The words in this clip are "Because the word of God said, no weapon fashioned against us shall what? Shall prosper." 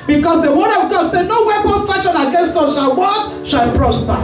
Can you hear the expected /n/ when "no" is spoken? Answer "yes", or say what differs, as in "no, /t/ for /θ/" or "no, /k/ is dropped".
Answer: yes